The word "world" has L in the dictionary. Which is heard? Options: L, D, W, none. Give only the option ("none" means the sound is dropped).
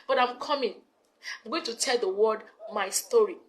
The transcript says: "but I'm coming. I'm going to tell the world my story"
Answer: none